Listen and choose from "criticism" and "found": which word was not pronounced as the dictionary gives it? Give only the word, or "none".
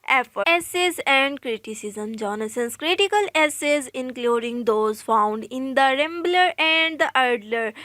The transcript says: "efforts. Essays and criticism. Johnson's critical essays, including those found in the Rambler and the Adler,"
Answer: none